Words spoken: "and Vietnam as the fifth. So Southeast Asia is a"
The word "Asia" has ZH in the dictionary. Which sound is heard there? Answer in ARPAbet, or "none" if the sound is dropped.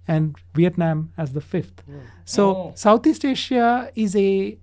SH